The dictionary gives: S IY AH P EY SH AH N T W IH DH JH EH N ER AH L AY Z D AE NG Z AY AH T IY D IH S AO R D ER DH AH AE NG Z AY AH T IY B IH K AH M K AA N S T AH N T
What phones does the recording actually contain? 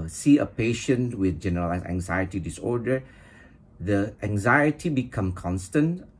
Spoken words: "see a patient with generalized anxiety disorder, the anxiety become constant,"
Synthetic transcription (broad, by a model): S IY AH P EY SH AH N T W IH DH JH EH N ER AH L AY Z AE NG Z AY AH T IY D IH S AO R D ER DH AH AE NG Z AY AH T IY B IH K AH M K AA N S T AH N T